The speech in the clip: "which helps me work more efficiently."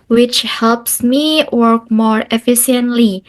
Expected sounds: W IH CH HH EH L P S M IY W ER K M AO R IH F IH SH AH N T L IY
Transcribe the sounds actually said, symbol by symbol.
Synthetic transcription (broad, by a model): W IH CH HH EH L P S M IY W ER K M AO R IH F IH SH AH N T L IY